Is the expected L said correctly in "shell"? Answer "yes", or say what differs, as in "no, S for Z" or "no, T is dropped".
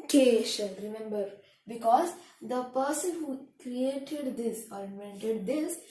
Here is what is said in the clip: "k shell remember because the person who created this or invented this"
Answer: no, N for L